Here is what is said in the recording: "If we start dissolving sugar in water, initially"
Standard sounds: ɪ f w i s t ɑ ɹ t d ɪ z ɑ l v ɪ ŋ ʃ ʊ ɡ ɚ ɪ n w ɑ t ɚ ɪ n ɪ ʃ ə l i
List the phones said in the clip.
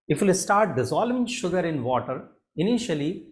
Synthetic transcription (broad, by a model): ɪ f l s t ɑ ɹ t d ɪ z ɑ l ɪ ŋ ʃ ʊ ɡ ɚ ɪ n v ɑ t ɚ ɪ n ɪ ʃ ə l i